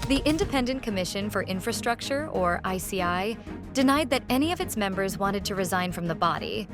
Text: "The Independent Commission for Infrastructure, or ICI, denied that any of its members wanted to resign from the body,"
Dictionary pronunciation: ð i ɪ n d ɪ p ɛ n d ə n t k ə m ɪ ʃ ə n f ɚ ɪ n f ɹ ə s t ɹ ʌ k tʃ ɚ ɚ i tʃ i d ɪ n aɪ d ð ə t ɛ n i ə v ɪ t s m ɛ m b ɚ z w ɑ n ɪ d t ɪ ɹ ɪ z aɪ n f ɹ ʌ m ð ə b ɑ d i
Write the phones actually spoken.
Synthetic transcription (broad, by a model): ð i ɪ n d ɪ p ɛ n d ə n k ə m ɪ ʃ ə n f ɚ ɪ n f ɹ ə s t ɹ ʌ k tʃ ɚ ɚ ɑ s i d ɪ n aɪ d ð ə t ɛ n i ə v ɪ t s m ɛ m b ɚ z w ɑ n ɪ d t ɪ ɹ ɪ z aɪ n f ɹ ʌ m ð ə b ɑ d i